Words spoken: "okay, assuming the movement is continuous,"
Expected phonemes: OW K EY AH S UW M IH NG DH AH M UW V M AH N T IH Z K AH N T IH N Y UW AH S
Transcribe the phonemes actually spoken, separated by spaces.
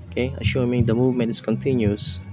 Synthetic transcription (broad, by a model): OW K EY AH SH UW M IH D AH M UW V M AH N T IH S K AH N T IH N Y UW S